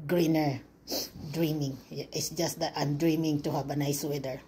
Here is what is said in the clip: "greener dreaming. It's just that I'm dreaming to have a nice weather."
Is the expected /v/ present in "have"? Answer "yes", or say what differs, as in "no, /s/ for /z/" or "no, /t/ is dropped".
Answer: no, /b/ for /v/